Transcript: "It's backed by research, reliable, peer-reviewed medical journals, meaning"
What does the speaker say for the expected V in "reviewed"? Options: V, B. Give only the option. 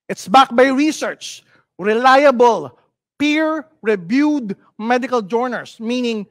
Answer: B